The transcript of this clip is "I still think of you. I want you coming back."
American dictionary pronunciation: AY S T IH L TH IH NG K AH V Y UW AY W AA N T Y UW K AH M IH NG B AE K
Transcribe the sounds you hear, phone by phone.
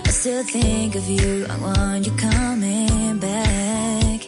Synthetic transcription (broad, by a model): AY S T IH L TH IH NG K AH V Y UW AY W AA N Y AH K AH M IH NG B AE K